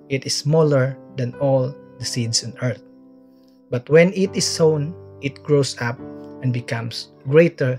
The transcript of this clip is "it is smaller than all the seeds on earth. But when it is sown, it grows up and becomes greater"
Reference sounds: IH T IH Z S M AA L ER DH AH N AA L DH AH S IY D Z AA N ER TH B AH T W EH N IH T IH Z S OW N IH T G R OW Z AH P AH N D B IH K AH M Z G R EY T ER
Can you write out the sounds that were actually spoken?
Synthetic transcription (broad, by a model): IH T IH S M AA L ER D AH N AA L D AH S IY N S AA N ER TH B AH T W EH N IH T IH S OW N IH T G R OW S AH P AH N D B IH K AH M S G R EY T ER